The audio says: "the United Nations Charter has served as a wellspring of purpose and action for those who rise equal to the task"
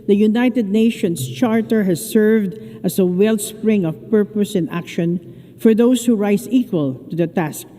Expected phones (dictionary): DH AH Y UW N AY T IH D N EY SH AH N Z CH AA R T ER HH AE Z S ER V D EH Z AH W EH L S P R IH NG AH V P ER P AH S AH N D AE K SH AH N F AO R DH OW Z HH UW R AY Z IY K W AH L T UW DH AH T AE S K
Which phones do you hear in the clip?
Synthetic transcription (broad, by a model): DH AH Y UW N AY T IH D N EY SH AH N S CH AA R T ER HH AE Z S ER V D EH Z AH W EH L S P R IH NG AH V P ER P AH S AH N AE K SH AH N F AO R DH OW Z HH UW R AY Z IY K W AH L T UW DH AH T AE S K